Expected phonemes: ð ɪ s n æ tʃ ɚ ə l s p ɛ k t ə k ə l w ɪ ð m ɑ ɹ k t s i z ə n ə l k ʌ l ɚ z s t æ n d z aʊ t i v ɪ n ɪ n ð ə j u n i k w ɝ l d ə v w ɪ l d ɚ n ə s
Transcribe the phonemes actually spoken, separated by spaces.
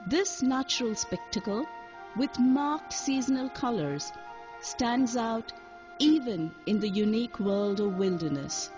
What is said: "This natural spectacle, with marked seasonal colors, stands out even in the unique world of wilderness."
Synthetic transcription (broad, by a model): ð ɪ s n æ tʃ ɚ ə l s p ɛ k t ə k ə l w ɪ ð m ɑ ɹ k t s i z ə n ə l k ʌ l ɚ z s t æ n d z aʊ t i v ɪ n ɪ n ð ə j u n i k w ɝ l d ə v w ɪ l d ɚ n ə s